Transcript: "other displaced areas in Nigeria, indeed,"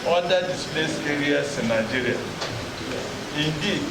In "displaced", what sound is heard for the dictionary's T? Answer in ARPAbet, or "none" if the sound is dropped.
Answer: none